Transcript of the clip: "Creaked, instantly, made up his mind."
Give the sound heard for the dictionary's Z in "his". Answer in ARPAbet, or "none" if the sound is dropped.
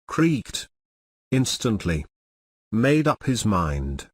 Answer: Z